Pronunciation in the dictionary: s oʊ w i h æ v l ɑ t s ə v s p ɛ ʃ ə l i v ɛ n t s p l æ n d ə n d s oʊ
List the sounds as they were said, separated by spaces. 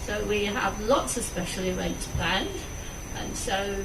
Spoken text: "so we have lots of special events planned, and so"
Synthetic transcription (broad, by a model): s oʊ w i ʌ v l ɑ t s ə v s p ɛ ʃ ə l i w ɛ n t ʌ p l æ n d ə n s oʊ